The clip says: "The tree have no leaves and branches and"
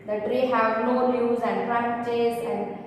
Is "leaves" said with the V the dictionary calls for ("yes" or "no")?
no